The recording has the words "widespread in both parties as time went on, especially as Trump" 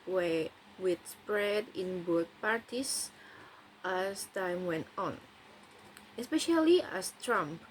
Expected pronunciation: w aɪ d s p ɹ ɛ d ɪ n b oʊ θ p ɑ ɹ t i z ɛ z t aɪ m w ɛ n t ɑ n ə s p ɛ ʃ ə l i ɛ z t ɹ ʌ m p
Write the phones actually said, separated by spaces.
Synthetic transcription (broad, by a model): w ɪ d s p ɹ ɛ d ɪ n b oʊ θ p ɑ ɹ t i s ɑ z t aɪ m w ɛ n t ɑ n ə s p ɛ ʃ ə l i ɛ s t ɹ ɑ m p